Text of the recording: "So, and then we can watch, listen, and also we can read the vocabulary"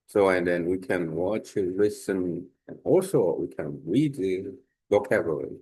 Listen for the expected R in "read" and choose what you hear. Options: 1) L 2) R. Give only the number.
2